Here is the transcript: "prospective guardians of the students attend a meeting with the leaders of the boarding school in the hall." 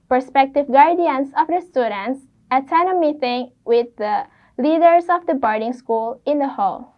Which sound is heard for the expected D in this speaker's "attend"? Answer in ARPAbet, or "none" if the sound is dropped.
none